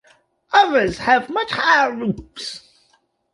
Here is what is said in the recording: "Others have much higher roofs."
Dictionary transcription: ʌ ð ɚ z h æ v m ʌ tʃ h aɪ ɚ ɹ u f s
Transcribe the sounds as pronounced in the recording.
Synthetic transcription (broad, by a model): ʌ ð ɚ z h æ v m ʌ tʃ h aɪ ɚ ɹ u p s